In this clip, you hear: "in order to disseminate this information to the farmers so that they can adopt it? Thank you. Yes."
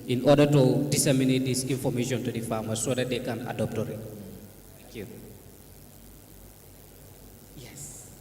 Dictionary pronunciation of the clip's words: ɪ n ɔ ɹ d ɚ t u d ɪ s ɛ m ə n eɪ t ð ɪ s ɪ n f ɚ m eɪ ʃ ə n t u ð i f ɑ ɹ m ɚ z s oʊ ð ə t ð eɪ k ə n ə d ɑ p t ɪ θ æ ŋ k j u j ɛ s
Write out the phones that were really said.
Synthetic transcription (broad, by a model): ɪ n ɔ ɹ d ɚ t u d ɪ s ɛ m ə n eɪ t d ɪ s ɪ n f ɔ m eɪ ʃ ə n t u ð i f ɑ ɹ m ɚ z s oʊ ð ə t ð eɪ k ə n ə d ɑ p t ɪ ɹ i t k j u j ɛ s